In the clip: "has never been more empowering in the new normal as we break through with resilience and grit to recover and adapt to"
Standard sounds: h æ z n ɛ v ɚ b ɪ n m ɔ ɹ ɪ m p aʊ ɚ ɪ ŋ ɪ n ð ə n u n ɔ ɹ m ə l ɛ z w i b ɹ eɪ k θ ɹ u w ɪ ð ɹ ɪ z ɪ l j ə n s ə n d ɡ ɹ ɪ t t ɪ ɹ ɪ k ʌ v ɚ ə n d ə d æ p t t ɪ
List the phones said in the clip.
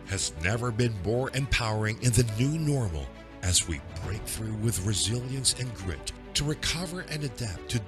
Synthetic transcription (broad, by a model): h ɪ z n ɛ v ɚ b ɪ n m ɔ ɹ ɪ m p aʊ ɚ ɪ ŋ ɪ n ð ə n u n ɔ ɹ m l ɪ z w i b ɹ eɪ k θ ɹ u w ɪ ð ɹ ɪ z ɪ l j ə n s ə n ɡ ɹ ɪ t t ɪ ɹ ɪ k ʌ v ɚ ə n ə d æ p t t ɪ